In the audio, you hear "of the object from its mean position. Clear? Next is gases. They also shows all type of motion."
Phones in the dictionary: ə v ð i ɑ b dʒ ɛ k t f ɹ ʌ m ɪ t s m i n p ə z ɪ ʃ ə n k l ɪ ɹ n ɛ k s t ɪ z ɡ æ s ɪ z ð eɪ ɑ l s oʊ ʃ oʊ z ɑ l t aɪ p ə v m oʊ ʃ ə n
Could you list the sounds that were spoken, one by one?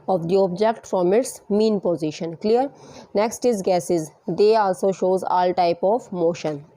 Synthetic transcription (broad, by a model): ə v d i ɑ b dʒ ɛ k t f ɹ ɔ m ɪ t s m i n p ə z ɪ ʃ ə n k l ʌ ɹ n ɛ k s t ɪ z ɡ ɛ s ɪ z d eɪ ɑ l s oʊ ʃ oʊ z ɑ l t aɪ p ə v m oʊ ʃ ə n